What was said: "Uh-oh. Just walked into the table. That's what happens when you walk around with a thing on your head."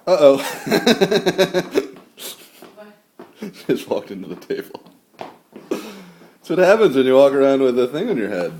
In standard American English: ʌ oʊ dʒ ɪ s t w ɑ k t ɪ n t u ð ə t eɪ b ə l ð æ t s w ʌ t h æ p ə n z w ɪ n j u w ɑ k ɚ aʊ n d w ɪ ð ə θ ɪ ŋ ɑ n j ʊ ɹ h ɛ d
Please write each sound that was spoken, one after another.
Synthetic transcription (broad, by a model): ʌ oʊ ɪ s w ɑ k t ɪ n t u ð ə t eɪ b l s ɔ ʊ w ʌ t h æ p ə n z w ɪ n j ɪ w ɑ k ɚ aʊ n d w ɪ ð ə θ ɪ ŋ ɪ n j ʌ ɹ h ɛ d